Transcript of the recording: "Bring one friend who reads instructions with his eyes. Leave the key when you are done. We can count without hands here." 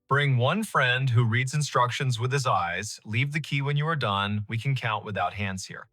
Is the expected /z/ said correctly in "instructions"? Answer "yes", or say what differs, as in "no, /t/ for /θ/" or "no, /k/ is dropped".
yes